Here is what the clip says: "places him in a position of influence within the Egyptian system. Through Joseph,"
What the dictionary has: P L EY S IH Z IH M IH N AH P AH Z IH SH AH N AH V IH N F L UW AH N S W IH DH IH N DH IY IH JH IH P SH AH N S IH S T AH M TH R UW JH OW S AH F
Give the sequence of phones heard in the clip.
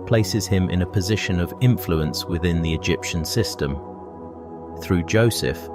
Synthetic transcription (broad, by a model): P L EY S IH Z IH M IH N AH P AH Z IH SH AH N AH V IH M F L UW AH N S W IH DH IH N DH IY IH JH IH P SH AH N S IH S T AH M TH R UW JH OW S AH F